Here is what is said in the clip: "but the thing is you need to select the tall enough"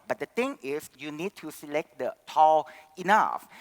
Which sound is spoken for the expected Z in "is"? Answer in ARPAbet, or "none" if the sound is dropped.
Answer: S